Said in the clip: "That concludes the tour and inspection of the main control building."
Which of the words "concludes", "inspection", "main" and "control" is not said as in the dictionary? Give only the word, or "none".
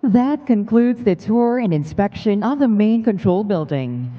none